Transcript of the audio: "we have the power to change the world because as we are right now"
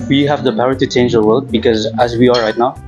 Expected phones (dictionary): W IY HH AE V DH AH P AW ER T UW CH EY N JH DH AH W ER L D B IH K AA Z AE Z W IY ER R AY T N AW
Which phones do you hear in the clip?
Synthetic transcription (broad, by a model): W IY HH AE V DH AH P AW ER T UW CH EY N JH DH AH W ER L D B IH K AA Z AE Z W IY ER R AY T N AW